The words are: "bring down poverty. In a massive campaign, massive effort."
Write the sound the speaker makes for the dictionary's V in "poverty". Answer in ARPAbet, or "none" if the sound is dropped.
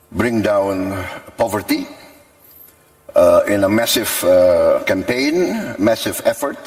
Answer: V